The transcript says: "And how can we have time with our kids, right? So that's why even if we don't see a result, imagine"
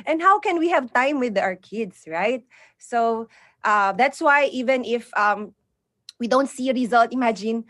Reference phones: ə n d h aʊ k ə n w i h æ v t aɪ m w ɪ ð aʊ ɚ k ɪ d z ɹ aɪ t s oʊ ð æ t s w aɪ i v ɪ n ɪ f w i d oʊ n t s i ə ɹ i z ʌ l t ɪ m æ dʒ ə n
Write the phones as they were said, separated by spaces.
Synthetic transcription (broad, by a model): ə n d h aʊ k ə n w i h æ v t aɪ m w ɪ ð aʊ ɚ k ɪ d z ɹ aɪ t s oʊ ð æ t s w aɪ i v ɪ n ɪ f w i d oʊ n t s i ə ɹ i z ʌ l t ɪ m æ dʒ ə n